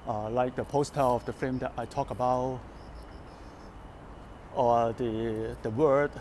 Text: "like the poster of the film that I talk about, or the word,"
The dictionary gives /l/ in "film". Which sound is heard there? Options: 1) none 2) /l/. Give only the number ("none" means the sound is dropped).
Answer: 1